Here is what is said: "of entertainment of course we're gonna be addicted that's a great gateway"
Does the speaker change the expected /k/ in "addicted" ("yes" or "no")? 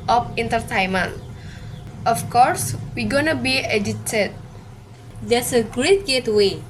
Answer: yes